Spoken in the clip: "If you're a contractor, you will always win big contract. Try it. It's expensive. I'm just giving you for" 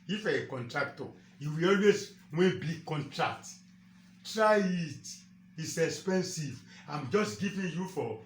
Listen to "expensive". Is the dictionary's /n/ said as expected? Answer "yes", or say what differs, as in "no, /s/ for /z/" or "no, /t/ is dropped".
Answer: yes